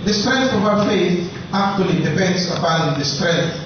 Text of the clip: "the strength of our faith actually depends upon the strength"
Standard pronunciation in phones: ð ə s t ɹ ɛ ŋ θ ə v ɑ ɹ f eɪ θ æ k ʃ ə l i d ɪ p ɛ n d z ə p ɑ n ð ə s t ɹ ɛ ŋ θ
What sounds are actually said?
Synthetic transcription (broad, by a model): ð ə s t ɹ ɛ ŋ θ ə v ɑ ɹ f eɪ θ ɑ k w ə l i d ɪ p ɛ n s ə b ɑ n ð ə s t ɹ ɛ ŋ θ